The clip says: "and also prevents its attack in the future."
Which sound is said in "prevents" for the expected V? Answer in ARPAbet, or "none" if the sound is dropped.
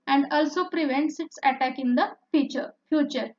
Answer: V